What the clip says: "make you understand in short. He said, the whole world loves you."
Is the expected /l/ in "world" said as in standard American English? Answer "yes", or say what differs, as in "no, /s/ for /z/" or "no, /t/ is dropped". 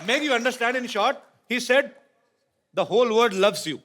no, /l/ is dropped